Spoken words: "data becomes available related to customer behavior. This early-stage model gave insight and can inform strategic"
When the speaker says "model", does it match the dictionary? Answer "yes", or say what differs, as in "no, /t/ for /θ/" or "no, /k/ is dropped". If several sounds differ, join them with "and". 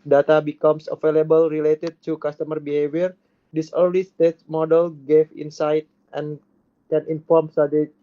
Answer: yes